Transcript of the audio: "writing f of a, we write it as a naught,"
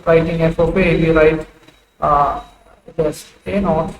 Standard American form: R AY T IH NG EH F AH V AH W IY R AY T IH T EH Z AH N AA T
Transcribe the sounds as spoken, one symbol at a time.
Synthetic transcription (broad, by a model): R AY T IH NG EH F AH P AH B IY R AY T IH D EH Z AH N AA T